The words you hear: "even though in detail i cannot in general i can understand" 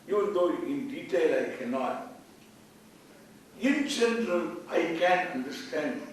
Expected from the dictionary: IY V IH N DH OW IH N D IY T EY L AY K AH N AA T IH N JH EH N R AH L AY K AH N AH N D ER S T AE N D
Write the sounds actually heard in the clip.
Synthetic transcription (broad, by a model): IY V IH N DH OW IH N D IY T EY L AY K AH N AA T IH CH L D R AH N AY K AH N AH N D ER S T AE N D